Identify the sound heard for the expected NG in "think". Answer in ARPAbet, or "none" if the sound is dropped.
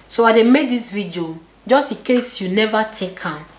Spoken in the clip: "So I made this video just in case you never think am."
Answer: none